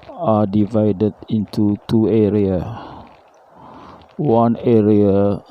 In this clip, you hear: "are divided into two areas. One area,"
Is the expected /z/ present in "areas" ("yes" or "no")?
no